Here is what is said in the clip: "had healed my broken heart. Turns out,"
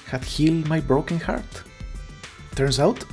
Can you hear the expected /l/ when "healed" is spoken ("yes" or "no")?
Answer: yes